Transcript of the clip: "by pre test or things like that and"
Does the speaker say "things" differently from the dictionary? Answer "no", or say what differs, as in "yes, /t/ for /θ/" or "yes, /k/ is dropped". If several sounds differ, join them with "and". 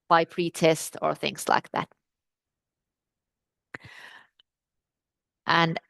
no